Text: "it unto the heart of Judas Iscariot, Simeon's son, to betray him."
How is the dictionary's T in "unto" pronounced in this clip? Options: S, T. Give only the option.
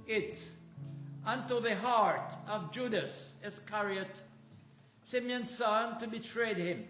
T